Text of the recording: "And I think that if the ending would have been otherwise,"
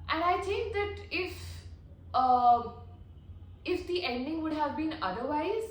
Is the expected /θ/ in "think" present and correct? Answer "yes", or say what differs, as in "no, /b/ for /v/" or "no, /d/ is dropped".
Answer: no, /t/ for /θ/